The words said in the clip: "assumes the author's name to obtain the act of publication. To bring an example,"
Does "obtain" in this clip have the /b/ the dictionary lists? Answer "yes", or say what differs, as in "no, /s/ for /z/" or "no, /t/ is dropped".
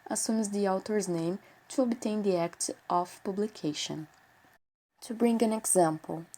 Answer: yes